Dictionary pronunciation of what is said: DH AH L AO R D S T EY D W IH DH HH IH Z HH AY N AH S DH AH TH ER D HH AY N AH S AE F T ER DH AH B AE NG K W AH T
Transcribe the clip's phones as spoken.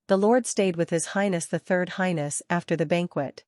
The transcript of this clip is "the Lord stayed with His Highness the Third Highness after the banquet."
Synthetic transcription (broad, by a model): DH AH L AO R D S T EY D W IH DH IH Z HH AY N AH S DH AH TH ER D HH AY N AH S AE F T ER DH AH B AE NG K W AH T